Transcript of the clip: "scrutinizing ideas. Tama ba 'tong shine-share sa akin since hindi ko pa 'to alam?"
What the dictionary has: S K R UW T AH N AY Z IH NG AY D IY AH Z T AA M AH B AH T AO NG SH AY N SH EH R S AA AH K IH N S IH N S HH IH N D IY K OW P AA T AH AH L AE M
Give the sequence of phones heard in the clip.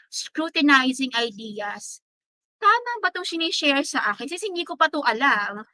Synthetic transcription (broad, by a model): S K R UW T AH N AY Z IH NG AY D IY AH S T AA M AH B AH T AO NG S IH N SH EH R S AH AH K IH N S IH S HH IH N D IY K OW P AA T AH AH L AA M